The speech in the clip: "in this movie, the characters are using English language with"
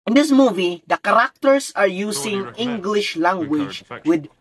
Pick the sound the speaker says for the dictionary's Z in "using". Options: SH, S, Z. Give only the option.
S